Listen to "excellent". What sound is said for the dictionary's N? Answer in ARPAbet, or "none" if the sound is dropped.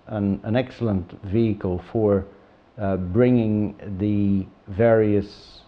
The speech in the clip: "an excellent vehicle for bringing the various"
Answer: N